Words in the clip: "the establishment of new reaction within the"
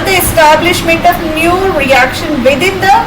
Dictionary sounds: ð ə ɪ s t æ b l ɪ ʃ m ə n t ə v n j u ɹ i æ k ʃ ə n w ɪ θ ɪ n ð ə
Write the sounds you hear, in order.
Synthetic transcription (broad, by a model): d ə ɪ s t æ b l ɪ ʃ m ə n t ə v n j u ɹ i æ k ʃ ə n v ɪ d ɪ n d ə